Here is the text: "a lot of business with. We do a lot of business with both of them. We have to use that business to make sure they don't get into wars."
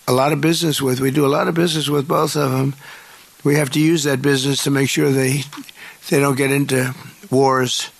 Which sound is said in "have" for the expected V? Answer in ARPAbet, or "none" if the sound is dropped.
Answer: F